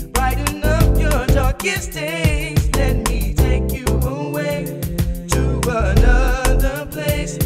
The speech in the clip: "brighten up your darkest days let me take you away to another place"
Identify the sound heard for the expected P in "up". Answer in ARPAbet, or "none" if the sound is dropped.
F